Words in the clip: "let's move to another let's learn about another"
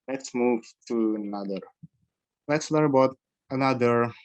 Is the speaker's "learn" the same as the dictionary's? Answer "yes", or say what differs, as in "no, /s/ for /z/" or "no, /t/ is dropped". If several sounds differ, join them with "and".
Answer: no, /n/ is dropped